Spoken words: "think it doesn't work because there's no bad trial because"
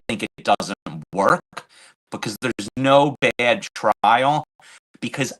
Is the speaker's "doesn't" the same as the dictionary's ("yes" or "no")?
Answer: yes